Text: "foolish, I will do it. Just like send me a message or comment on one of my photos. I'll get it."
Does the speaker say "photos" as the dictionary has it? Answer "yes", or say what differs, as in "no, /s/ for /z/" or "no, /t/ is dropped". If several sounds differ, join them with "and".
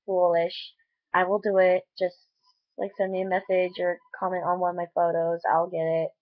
yes